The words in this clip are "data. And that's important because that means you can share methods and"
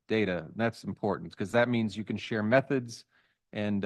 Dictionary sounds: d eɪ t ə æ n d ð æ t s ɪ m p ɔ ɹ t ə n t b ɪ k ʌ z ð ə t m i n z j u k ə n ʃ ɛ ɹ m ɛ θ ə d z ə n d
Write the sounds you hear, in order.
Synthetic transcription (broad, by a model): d eɪ t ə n ð æ t s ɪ m p ɔ ɹ t n t k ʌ z ð ə t m i n z j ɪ k ə n ʃ ɛ ɹ m ɛ θ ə d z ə n